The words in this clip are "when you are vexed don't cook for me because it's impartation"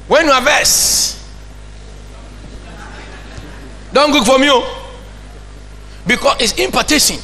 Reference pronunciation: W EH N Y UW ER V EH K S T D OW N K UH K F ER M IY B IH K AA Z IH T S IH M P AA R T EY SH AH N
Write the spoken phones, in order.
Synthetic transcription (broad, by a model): W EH N Y UW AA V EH S D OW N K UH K F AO M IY B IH K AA S IH T S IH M P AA T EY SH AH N